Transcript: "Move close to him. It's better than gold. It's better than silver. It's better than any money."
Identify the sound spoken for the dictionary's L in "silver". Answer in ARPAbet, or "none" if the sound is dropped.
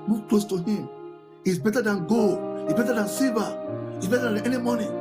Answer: none